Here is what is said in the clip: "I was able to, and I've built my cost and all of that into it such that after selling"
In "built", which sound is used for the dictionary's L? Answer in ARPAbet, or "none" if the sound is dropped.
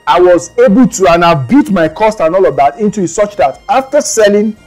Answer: none